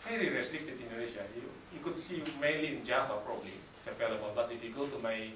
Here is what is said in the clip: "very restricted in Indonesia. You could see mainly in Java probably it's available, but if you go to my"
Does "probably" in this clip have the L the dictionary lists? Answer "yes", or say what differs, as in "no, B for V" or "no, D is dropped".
yes